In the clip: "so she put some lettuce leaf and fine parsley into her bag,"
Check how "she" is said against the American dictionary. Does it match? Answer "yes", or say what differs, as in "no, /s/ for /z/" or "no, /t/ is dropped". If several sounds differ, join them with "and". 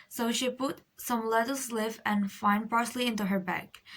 yes